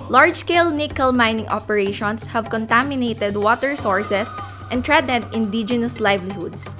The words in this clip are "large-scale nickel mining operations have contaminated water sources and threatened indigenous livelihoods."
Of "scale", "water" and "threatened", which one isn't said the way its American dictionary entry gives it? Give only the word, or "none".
threatened